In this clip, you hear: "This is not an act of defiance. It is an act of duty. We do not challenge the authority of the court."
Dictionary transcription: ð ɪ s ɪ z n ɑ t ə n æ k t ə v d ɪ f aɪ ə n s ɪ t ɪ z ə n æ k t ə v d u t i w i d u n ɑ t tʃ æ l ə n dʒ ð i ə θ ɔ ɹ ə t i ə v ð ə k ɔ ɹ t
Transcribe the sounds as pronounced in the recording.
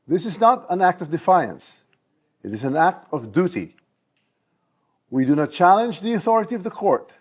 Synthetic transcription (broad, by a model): ð ɪ s ɪ z n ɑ t ə n æ k t ə v d ɪ f aɪ ə n s ɪ t ɪ z ə n æ k t ə v d u t i w i d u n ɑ t tʃ æ l ə n dʒ ð i ə θ ɔ ɹ ə t i ə v ð ə k ɔ ɹ t